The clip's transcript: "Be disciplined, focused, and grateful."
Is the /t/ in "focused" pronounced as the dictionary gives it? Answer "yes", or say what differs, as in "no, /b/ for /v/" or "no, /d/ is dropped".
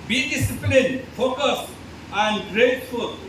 no, /t/ is dropped